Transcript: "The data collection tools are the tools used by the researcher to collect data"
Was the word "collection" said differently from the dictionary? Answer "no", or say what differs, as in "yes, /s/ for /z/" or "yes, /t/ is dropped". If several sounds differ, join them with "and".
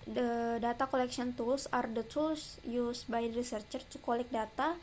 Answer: yes, /s/ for /ʃ/